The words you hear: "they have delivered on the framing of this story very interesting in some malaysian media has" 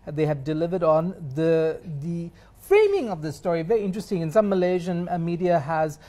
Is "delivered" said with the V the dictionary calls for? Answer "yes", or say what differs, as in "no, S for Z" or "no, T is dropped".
yes